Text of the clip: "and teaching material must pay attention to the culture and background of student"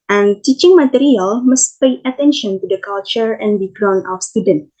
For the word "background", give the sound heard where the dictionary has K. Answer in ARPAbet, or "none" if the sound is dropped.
none